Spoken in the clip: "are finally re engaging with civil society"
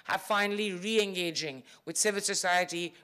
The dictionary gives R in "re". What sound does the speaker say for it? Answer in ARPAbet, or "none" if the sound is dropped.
R